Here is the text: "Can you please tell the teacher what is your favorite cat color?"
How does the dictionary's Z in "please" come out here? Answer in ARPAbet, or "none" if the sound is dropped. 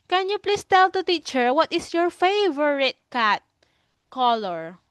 S